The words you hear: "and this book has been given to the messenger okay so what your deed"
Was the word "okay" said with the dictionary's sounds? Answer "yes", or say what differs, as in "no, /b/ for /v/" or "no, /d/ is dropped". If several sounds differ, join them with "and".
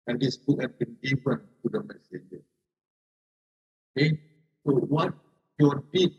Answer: no, /k/ is dropped